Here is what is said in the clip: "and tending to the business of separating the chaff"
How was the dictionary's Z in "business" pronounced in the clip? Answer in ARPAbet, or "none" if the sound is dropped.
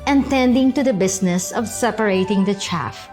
S